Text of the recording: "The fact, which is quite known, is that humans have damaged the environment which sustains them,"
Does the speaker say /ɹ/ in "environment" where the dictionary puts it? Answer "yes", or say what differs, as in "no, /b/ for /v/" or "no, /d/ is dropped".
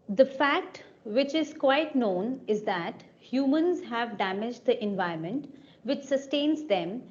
no, /ɹ/ is dropped